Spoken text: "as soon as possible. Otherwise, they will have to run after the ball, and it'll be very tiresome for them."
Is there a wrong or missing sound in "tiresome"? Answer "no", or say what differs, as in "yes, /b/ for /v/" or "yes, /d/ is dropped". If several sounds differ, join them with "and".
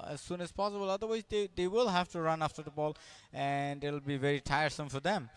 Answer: no